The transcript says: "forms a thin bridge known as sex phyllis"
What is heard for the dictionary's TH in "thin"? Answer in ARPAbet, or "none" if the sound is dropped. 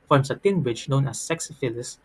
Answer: T